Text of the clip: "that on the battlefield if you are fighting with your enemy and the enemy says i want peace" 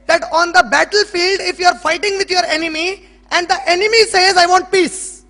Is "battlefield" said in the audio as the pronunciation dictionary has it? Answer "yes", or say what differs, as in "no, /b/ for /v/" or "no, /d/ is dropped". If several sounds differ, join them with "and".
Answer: yes